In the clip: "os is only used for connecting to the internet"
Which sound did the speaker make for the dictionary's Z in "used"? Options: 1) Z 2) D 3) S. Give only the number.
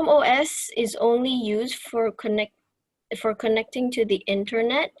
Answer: 1